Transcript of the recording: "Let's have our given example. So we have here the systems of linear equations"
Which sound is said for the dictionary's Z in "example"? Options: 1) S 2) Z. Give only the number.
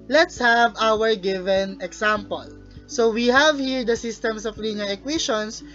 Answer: 1